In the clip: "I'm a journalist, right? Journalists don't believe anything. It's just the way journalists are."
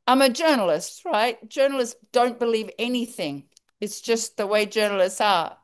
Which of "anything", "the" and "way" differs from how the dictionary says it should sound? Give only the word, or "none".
none